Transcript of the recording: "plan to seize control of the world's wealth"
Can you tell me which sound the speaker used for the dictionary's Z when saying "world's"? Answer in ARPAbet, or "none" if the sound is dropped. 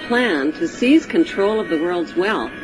Z